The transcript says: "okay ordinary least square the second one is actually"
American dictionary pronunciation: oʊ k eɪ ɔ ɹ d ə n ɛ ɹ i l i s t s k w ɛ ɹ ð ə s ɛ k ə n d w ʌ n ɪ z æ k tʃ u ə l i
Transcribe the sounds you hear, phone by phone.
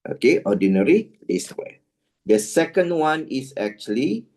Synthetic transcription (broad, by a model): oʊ k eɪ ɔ d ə n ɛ ɹ i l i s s w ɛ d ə s ɛ k ə n d w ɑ n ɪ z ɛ k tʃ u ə l i